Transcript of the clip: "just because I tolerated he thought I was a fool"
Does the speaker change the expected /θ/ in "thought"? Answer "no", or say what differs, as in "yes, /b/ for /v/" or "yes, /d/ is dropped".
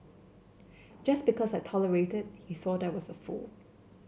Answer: no